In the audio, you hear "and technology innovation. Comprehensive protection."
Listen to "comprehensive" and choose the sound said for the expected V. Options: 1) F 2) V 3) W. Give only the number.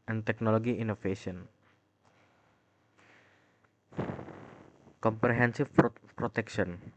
1